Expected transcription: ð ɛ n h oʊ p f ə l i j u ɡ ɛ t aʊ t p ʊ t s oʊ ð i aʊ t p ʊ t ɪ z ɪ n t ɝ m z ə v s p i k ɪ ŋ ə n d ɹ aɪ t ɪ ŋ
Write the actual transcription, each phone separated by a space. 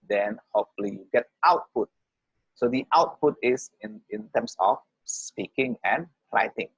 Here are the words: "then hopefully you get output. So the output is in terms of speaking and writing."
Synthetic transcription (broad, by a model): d ɛ n h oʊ f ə l i j u ɡ ɛ t aʊ t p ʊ t s oʊ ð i aʊ t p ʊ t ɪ s ɪ n t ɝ m s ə f s p i k ɪ ŋ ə n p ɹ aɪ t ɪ ŋ